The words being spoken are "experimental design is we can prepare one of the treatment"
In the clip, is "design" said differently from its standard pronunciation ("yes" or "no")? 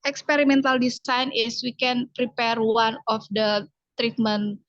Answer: yes